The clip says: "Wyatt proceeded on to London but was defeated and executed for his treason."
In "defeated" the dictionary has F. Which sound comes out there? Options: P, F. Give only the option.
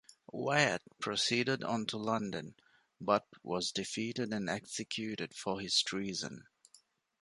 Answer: F